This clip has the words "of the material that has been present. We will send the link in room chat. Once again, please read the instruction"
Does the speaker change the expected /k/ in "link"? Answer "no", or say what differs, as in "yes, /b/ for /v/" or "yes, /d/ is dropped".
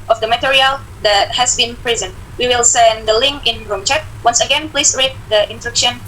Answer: no